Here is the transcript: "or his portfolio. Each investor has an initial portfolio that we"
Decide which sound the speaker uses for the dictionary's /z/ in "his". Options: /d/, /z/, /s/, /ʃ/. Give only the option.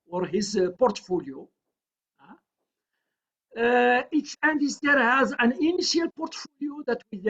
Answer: /z/